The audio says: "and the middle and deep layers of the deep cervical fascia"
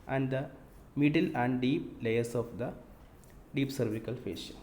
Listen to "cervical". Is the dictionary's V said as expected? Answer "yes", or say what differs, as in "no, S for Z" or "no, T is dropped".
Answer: yes